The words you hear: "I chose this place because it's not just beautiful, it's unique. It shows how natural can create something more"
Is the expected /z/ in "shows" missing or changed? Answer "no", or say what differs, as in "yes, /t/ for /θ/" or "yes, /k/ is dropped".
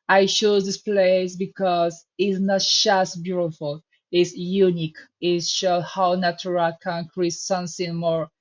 yes, /z/ is dropped